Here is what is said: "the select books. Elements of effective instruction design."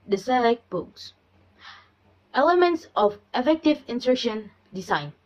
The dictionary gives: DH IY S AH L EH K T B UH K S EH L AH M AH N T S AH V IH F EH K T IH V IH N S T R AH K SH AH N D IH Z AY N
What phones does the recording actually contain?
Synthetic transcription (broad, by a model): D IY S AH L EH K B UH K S EH L AH M AH N T S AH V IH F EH K T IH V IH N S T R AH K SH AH N D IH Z AY N